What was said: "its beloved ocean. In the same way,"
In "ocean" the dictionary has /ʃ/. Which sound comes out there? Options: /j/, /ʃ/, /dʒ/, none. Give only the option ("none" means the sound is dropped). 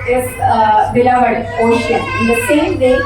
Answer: none